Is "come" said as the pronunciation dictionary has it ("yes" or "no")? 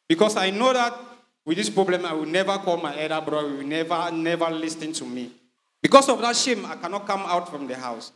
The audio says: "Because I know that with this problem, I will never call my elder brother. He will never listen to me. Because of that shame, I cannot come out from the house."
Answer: yes